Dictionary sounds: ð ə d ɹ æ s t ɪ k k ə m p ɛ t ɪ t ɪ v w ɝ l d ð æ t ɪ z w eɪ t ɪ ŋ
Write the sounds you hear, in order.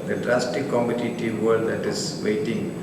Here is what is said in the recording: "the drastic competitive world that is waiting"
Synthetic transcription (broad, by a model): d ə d ɹ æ s t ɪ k k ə m i t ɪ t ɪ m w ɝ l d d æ t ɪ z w eɪ t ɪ ŋ